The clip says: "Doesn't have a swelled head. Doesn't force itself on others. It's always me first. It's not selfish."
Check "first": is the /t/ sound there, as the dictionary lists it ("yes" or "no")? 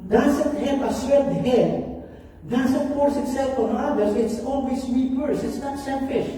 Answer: no